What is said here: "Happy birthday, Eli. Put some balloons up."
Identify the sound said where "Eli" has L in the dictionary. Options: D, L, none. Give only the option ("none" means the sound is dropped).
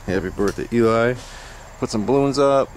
none